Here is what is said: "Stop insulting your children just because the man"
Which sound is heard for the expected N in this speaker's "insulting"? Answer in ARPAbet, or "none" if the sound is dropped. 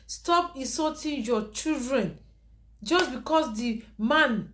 none